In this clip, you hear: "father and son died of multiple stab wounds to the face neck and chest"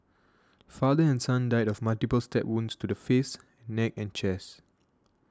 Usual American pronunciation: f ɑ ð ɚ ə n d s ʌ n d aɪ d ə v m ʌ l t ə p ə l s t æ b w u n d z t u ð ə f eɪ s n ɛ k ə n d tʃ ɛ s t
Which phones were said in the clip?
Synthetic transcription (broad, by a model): f ɑ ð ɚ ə n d s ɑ n d aɪ d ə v m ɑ l t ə p ə l s t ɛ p w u n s t u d ə f eɪ s n ɛ k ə n tʃ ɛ s